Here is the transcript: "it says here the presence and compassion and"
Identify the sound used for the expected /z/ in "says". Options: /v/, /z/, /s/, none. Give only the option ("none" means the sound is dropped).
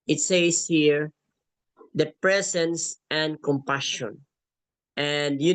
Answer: /s/